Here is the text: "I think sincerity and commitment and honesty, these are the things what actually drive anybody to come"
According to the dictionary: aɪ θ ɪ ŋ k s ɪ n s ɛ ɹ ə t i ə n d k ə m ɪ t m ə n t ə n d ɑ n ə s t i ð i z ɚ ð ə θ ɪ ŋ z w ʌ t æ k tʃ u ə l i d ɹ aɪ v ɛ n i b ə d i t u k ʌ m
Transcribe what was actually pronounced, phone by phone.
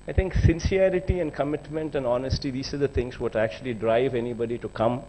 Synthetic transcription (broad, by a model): aɪ t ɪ ŋ k s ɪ n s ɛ ɹ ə t i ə n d k ə m ɪ t m ə n t ə n d ɑ n ə s t i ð i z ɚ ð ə t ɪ ŋ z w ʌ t æ k tʃ u ə l i d ɹ aɪ v ɛ n i b ə d i t u k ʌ m